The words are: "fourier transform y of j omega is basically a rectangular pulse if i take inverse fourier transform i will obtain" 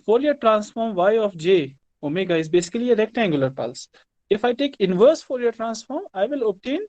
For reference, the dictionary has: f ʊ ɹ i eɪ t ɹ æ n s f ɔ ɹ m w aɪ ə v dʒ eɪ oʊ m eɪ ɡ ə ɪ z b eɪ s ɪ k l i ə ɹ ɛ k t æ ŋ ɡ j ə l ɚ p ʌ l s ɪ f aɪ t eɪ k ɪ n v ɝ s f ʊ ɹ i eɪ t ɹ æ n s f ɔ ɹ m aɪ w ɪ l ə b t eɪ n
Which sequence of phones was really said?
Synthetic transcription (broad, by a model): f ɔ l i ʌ t ɹ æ n s f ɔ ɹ m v aɪ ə f dʒ eɪ oʊ m eɪ ɡ ə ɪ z b eɪ s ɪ k l i ə ɹ ɛ k t æ ŋ ɡ j ə l ɚ p ʌ l s ɪ f aɪ t eɪ k ɪ n v ɝ s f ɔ l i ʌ t ɹ æ n s f ɔ ɹ m aɪ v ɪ l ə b t eɪ n